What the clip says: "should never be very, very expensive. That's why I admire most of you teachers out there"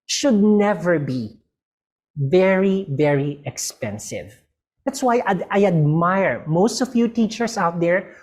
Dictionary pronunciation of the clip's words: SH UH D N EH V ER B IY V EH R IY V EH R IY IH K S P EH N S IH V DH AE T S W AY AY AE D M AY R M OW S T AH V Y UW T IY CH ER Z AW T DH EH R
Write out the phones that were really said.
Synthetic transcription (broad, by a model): SH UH D N EH V ER B IY V EH R IY V EH R IY IH K S P EH N S IH V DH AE T S W AY AY AE D M AY R M OW S T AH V Y UW T IY CH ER S AW T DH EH R